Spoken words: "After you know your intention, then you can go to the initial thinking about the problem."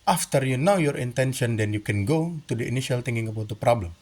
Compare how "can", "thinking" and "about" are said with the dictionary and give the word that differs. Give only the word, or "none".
thinking